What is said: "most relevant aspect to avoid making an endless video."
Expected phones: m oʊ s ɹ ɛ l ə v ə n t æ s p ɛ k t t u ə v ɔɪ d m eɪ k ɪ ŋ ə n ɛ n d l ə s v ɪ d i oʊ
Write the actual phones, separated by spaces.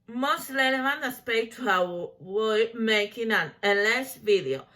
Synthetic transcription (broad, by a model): m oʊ s l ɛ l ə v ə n æ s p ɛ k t t u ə w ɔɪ m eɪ k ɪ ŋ ə n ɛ n l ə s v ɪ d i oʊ